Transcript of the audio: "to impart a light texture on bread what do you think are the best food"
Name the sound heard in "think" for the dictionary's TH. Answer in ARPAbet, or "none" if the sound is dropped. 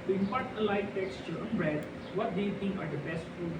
T